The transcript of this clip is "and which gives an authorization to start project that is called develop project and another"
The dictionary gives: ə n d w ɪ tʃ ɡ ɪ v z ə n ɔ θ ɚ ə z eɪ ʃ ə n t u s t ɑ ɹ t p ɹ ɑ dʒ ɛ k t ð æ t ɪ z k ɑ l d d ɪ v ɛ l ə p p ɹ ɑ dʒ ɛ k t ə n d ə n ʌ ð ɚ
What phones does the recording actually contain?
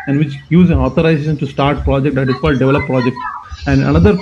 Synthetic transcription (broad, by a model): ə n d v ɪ tʃ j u z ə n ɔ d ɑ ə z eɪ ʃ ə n t u s t ɑ ɹ t p ɹ ɑ dʒ ɛ k t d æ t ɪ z k ɑ l d d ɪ v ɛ l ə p p ɹ ɑ dʒ ɛ k t ə n d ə n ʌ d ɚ